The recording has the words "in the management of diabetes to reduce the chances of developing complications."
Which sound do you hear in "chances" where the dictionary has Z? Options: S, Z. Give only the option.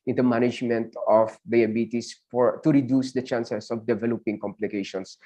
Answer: S